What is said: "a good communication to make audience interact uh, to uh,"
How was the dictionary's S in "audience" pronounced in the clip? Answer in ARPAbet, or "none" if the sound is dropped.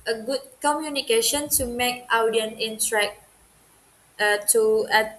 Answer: none